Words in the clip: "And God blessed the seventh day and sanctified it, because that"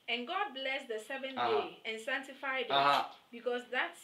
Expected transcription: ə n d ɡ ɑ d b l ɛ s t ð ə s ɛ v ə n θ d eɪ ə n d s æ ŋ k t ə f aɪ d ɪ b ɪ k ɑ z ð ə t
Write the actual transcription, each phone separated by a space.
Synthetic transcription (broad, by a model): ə n ɡ ɑ d b l ɛ s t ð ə s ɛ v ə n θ d eɪ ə n s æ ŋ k t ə f aɪ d ɪ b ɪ k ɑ s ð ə t